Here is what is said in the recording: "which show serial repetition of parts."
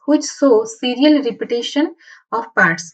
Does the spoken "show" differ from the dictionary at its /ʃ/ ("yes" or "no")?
yes